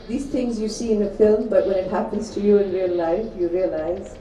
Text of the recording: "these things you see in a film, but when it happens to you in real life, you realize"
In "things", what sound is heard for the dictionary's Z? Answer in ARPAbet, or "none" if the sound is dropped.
Z